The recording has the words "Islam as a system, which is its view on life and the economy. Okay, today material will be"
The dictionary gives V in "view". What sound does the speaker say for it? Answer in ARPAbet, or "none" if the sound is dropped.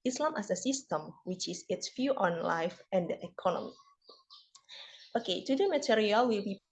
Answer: F